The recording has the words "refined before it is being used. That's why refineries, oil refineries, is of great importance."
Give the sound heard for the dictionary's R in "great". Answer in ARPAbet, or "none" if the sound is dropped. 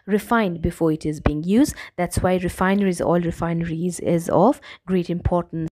R